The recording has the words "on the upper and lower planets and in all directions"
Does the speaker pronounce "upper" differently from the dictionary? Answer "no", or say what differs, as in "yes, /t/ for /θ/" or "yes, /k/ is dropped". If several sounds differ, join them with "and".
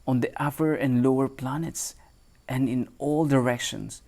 yes, /f/ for /p/